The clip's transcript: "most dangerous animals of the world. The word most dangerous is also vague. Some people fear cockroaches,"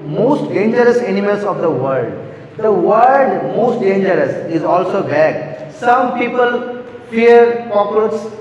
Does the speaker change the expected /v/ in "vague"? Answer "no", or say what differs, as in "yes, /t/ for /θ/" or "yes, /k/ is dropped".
yes, /b/ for /v/